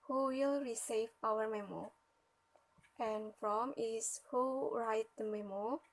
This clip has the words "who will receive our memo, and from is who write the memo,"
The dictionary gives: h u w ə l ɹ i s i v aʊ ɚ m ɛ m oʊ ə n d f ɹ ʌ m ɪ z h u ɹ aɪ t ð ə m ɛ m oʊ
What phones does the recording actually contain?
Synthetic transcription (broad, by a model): h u w ə l ɹ i s i v aʊ ɚ m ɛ m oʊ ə n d f ɹ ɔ m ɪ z h u ɹ aɪ t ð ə m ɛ m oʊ